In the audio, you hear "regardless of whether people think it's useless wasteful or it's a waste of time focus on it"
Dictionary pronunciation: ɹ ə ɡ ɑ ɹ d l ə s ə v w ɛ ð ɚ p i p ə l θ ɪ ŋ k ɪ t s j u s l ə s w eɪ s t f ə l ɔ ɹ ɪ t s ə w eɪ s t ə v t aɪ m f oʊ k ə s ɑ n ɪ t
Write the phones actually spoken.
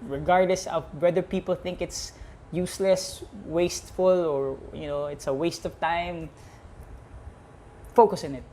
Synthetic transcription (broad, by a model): ɹ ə ɡ ɑ ɹ d l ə s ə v w ɛ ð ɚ p i p ə l θ ɪ ŋ k ɪ t s j u s l ə s w eɪ s t f ə l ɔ ɹ ɪ t s ə w eɪ s t ə v t aɪ m f oʊ k ə s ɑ n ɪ t